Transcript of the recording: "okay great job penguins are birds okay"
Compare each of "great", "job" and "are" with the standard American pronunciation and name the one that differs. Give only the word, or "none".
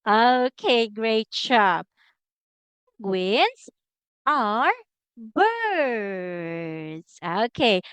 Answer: job